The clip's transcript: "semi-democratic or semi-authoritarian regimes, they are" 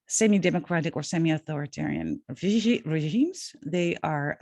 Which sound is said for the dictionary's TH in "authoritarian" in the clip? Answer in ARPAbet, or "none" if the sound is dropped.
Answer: TH